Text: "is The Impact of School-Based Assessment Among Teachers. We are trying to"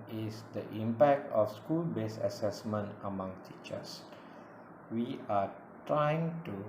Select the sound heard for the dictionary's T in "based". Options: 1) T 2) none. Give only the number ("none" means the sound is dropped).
2